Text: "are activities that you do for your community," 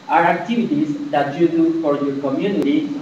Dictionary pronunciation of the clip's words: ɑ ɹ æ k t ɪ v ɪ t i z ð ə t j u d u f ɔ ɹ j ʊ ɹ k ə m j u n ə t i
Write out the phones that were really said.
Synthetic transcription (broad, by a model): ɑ ɹ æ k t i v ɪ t i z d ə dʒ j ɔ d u p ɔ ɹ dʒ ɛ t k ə m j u n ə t i